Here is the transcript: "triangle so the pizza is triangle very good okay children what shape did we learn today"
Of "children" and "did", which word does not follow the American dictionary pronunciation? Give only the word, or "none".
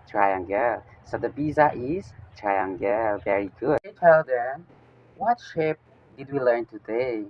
children